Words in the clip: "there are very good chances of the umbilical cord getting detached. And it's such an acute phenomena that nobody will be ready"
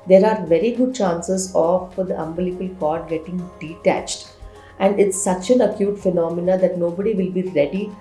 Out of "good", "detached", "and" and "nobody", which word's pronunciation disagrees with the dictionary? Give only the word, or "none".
none